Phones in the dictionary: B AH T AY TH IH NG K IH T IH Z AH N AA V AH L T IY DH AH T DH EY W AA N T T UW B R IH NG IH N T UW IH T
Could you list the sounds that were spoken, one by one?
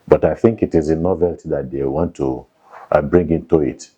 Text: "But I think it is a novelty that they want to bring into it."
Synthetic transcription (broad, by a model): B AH T AY TH IH NG K IH T IH Z AH N AA V AH L T IY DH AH T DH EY W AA N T T UW B R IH NG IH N T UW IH T